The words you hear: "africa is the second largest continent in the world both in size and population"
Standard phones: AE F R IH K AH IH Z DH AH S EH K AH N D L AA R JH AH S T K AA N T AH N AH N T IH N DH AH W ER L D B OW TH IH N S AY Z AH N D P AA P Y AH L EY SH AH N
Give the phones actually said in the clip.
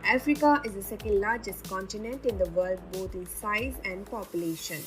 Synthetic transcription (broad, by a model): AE F R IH K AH IH Z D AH S EH K AH N D L AA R JH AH S T K AA N T AH N AH N T IH N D AH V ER L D B OW T IH N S AY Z AH N D P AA P Y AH L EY SH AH N